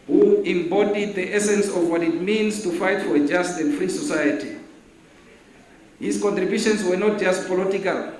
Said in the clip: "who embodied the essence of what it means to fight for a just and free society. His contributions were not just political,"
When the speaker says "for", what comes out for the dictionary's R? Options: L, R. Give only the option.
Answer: R